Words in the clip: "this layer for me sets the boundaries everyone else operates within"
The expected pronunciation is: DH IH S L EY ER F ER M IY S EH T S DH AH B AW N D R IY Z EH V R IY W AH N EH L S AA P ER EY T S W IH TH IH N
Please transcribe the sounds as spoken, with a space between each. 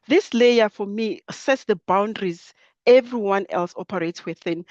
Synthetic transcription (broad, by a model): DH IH S L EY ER F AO M IY S EH T S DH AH B AW N D R IY Z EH V R IY W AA N EH L S AA P ER EY T S W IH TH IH N